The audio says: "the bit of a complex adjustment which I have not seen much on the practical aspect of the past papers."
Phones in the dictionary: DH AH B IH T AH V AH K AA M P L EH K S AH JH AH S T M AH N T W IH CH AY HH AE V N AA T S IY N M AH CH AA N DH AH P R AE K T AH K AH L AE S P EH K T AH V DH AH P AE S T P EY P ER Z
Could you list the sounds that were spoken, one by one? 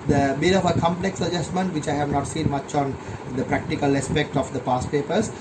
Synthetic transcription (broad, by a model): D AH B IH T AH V AH K AA M P L EH K S AH JH AH S T M AH N T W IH CH AY HH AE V N AA T S IY N M AH CH AA N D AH P R AE K T AH K AH L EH S P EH K T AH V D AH P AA S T P EY P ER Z